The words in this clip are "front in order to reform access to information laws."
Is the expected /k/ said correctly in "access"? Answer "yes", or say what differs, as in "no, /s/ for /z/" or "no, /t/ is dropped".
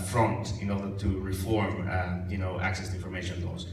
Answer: yes